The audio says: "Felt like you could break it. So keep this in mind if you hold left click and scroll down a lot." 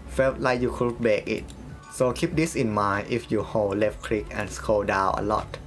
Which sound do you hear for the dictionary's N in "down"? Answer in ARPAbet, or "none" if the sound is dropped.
none